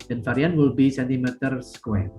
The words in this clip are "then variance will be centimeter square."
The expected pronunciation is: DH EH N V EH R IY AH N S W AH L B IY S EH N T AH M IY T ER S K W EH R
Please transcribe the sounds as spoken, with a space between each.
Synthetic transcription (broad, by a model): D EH N F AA R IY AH N W AH L B IY S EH N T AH M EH T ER S K W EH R